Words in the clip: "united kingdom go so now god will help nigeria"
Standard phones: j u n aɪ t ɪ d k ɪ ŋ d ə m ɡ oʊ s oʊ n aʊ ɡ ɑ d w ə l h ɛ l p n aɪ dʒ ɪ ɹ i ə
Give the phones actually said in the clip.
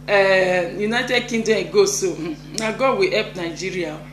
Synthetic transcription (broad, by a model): j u n aɪ t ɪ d k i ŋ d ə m ɡ oʊ s oʊ n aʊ ɡ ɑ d w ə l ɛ p n aɪ dʒ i ɹ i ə